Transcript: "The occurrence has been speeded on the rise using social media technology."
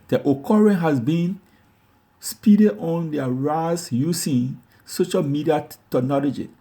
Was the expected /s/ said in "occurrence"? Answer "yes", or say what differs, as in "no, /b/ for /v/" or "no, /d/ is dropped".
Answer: no, /s/ is dropped